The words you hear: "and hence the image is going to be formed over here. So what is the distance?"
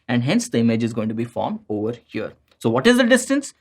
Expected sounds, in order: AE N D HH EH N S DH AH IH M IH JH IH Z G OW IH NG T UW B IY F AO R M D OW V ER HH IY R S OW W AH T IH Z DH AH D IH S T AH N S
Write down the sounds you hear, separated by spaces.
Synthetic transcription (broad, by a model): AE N D HH EH N S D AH IH M IH JH IH Z G OW IH NG T UW B IY F AO R M D OW V ER HH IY R S OW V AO T IH Z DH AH D IH S T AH N S